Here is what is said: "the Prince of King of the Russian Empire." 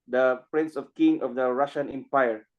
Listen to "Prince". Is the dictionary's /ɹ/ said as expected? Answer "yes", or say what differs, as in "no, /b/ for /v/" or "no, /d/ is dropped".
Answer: yes